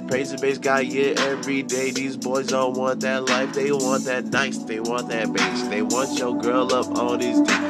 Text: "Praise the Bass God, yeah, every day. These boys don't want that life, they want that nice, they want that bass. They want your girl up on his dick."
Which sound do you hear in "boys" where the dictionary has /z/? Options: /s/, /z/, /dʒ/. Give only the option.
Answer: /z/